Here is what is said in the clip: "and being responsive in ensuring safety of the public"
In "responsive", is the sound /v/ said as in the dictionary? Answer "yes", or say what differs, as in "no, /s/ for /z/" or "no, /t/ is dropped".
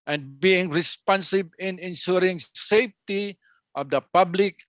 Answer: no, /b/ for /v/